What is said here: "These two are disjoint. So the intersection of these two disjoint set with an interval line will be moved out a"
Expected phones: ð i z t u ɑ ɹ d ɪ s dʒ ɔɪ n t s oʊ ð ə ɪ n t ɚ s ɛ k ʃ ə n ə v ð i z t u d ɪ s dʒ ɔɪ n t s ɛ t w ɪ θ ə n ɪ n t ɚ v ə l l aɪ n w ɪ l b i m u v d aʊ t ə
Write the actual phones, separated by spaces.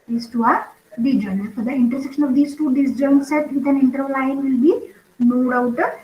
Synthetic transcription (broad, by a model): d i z t u ɑ ɹ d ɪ dʒ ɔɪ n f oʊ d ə ɪ n t ɚ s ɛ k ʃ ə n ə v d i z t u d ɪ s dʒ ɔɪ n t s ɛ t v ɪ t ə n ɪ n t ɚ ə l l aɪ n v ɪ l b i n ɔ d aʊ t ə